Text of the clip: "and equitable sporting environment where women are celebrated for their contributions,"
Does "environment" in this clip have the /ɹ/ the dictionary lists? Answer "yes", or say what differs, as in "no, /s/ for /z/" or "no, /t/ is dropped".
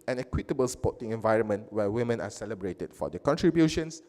yes